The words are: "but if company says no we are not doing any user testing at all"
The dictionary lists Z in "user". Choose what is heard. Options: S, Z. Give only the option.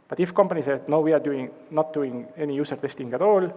S